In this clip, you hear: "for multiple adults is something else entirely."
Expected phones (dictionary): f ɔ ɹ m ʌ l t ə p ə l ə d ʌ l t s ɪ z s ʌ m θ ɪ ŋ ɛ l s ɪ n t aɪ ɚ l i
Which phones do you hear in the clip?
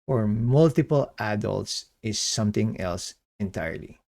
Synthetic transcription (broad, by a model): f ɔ ɹ m ʌ l t ə p ə l ə d ʌ l t s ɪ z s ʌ m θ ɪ ŋ ɛ l s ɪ n t aɪ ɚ l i